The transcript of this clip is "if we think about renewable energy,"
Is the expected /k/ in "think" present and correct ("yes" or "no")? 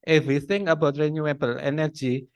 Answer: no